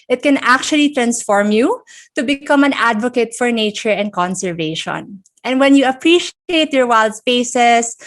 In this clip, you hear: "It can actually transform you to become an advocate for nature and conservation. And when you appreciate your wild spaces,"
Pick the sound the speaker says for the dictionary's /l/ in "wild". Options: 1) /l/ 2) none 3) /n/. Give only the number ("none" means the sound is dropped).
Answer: 1